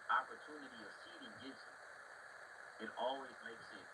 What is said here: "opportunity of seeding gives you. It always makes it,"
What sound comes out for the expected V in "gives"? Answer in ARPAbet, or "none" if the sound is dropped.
none